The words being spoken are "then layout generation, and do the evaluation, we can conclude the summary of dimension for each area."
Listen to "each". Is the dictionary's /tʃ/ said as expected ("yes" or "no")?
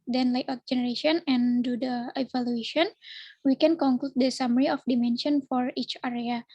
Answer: yes